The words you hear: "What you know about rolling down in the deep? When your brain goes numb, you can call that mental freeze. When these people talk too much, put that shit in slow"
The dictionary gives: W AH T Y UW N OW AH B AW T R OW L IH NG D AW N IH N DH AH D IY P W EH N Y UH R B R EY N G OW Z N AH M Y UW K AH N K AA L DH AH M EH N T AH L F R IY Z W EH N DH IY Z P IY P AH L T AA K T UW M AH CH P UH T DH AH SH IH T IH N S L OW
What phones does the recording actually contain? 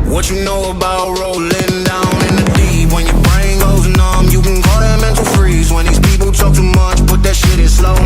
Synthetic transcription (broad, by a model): W AH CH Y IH N OW AH B AW T R OW L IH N D AW N IH N DH AH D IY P W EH N Y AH R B R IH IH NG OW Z N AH M Y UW K AH N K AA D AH M EH N T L F R IY Z W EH N DH IY Z P IY P L T AA K T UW M AH CH B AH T DH AH SH IH T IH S L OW